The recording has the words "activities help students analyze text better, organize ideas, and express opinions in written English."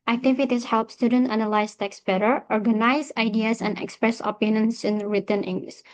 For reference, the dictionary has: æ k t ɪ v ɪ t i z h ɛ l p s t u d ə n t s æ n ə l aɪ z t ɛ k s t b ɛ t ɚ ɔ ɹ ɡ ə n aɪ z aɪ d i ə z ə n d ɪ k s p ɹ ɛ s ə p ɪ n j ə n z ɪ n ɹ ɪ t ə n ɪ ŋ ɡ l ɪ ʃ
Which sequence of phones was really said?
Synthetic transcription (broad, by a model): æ k t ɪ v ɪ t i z h ɛ l p s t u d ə n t æ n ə l aɪ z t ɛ k s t b ɛ t ɚ ɔ ɹ ɡ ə n aɪ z aɪ d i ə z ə n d ɪ k s p ɹ ɛ s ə p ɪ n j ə n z ɪ n ɹ ɪ t ə n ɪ ŋ ɡ l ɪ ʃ